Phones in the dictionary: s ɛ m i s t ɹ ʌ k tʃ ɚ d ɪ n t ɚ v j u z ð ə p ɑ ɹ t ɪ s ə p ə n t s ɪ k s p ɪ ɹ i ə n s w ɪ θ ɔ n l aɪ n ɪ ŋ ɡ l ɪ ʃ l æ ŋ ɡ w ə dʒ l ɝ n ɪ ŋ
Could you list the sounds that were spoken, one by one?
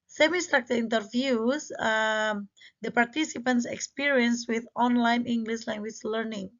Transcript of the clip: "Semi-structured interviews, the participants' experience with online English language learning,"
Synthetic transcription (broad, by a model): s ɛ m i s t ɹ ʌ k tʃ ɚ ɪ n t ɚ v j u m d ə p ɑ ɹ t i s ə p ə n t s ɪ k s p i ɹ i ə n s w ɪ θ ɔ n l aɪ n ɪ ŋ ɡ l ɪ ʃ l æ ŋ ɡ w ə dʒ l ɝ n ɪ ŋ